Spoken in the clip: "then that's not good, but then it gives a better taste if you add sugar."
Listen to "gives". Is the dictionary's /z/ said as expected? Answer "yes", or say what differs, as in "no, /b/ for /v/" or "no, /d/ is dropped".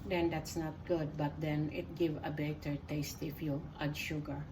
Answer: no, /z/ is dropped